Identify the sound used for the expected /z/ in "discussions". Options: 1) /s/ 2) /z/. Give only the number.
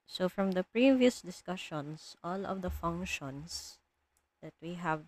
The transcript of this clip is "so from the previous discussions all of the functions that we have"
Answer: 1